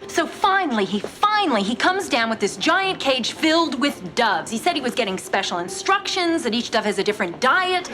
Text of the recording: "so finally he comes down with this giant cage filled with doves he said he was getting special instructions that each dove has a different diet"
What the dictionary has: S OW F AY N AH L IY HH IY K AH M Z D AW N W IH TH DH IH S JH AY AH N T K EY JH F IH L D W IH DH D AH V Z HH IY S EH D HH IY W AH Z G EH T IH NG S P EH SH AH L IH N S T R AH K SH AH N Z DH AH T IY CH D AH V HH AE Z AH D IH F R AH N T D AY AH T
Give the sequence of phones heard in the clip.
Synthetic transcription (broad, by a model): S OW F AY N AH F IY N IY K AH M Z D AW N W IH DH IH S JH AY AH N K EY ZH F IH L D W IH DH D AH V Z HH IY S EH D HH IY W AH Z G EH T IH NG S P EH SH L IH N S T R AH K SH AH N Z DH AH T IY CH D AH V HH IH Z AH D IH F R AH N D AY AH T